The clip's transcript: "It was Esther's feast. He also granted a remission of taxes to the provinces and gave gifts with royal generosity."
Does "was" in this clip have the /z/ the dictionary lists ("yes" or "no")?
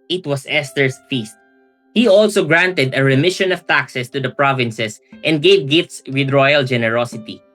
no